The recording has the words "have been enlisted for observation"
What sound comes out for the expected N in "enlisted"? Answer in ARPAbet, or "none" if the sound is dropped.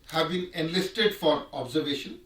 N